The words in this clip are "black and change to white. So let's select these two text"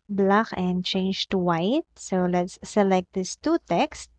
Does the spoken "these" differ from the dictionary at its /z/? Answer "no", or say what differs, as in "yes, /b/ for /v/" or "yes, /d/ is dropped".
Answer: yes, /s/ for /z/